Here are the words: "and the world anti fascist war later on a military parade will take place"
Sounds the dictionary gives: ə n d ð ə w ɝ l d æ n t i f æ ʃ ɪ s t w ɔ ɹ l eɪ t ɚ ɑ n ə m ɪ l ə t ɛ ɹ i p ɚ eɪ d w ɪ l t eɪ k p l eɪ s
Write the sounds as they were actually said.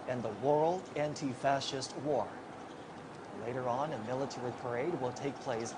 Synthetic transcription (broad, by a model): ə n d ð ə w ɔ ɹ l æ n t i f æ ʃ ɪ s t w ɔ ɹ l eɪ t ɚ ɑ n ə m ɪ l ə t ɛ ɹ i p ɚ eɪ d w ɪ l t eɪ k p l eɪ s